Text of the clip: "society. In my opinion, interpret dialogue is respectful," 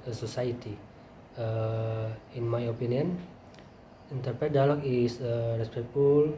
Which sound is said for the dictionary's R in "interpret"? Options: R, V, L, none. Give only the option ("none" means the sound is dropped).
R